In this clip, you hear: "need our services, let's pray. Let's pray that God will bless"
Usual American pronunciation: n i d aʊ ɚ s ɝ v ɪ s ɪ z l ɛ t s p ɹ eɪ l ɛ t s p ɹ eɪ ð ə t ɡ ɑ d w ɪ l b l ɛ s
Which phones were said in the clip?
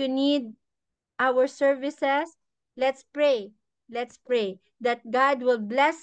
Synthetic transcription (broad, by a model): n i d aʊ ɚ s ɝ v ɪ s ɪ s l ɛ t s p ɹ eɪ l ɛ t s p ɹ eɪ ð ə t ɡ ɑ d w ɪ l b l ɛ s